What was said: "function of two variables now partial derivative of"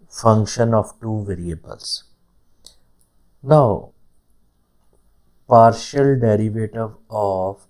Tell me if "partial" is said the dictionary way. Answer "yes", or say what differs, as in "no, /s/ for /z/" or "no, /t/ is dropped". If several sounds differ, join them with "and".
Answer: yes